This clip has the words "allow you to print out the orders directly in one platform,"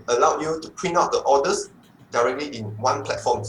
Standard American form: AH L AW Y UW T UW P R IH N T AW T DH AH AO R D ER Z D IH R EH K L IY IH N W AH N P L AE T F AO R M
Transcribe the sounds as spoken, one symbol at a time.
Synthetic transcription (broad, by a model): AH L AW Y UW T UW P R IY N AW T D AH AO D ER S D IH R EH K L IY IH N W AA N P L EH T F AO M